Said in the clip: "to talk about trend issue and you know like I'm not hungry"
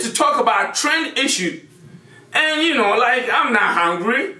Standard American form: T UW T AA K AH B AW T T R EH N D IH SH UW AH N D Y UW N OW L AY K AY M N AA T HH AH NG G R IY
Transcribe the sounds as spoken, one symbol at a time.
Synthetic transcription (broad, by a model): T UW T AA K AH B AW T T R EH N D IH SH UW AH N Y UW N OW L AY K AY M N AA HH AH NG G R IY